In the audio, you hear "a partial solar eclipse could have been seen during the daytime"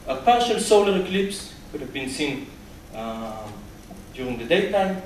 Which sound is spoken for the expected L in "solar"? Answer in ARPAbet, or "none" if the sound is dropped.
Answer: L